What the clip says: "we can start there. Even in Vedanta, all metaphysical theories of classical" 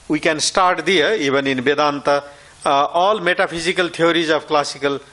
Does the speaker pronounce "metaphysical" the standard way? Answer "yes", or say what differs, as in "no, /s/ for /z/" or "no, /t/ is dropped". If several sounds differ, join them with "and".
no, /p/ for /f/